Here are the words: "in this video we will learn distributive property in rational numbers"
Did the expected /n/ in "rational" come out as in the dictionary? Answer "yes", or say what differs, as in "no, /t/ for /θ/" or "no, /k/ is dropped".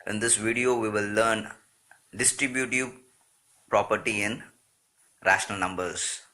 yes